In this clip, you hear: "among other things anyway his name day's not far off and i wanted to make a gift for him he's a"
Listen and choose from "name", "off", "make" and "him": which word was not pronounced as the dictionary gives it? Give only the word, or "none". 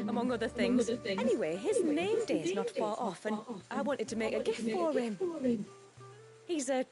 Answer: none